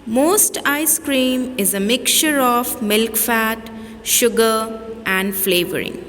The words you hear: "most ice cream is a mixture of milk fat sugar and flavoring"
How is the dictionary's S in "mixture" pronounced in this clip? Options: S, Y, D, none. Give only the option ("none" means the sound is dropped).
none